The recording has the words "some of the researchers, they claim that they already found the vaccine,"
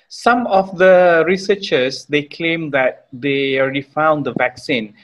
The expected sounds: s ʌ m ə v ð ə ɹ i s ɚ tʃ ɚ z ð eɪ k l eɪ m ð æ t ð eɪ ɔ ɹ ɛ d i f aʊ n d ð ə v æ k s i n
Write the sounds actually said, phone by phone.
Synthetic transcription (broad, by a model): s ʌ m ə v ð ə ɹ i s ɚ tʃ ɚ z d eɪ k l eɪ m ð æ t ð eɪ ɔ ɹ ɛ d i f aʊ n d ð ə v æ k s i n